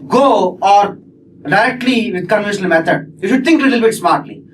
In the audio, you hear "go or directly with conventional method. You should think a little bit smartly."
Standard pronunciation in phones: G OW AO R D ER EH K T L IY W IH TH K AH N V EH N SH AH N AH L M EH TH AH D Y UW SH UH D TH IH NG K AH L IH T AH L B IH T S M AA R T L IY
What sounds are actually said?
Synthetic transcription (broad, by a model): G OW AO R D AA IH T L IY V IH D K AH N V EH SH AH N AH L M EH T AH D Y UW SH UH D T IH NG K L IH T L B IH T S M AA R T L IY